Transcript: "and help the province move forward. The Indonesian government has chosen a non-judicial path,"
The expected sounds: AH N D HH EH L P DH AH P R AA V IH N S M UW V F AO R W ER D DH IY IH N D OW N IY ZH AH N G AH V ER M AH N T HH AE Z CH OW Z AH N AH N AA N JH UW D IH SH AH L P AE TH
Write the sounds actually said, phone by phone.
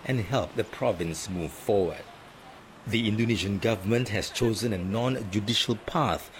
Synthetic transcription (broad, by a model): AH N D HH EH L P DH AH P R AA V IH N S M UW V F AO W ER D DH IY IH N D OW N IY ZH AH N G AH V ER M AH N T HH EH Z CH OW Z AH N AH N AA N JH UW D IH SH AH L P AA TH